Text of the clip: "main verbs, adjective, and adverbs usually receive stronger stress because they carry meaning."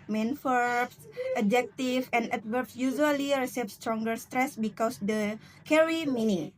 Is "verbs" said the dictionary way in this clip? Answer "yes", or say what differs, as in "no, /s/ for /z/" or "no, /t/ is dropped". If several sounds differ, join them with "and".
no, /f/ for /v/